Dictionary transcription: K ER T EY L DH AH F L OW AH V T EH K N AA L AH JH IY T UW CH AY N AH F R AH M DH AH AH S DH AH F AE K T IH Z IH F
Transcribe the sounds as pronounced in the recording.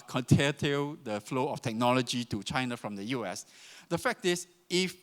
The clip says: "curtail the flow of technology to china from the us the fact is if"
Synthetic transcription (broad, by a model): K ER T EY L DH AH F L OW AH F T EH K N AA L AH JH IY T UW CH AY N AH F R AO M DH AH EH S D AH F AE K T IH S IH F